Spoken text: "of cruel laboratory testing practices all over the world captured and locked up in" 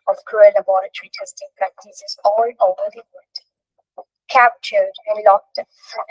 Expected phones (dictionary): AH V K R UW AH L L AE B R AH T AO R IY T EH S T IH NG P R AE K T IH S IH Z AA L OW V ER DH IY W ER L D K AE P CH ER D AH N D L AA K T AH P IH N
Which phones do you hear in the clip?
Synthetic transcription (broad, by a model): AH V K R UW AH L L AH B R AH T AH R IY T EH S T IH NG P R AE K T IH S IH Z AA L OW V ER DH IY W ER D K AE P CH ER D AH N L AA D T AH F